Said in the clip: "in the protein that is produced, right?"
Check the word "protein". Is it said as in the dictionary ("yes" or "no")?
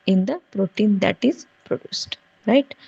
yes